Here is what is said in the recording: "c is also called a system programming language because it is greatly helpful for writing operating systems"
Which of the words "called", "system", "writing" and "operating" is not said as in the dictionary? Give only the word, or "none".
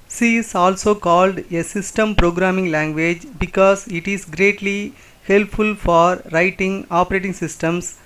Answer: none